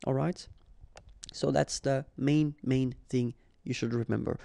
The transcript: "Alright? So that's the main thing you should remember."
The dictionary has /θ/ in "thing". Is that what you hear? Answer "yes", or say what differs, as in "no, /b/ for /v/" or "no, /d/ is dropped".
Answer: yes